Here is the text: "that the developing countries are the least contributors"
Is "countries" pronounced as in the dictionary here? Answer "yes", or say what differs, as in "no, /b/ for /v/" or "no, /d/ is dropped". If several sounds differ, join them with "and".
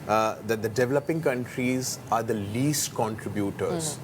yes